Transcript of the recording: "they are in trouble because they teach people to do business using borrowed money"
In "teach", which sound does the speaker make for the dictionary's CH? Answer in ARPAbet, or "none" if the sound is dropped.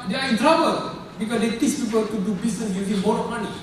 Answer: S